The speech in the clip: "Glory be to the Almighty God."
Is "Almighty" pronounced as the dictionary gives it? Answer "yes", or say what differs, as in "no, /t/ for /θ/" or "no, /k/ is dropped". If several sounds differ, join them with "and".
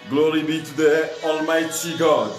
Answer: yes